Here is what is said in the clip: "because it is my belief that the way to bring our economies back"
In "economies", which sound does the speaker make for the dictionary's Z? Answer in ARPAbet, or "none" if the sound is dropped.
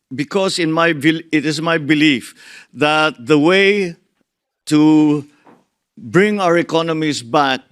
S